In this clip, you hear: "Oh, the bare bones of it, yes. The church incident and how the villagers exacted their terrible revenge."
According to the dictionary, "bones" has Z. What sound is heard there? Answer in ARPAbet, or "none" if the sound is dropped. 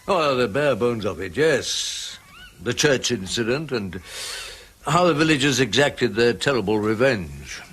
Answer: Z